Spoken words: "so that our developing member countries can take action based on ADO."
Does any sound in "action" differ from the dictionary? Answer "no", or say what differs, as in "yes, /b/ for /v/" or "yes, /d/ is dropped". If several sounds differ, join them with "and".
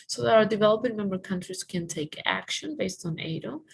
no